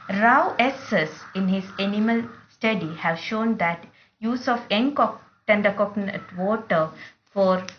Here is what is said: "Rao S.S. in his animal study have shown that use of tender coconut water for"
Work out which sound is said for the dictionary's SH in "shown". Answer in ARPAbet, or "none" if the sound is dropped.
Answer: SH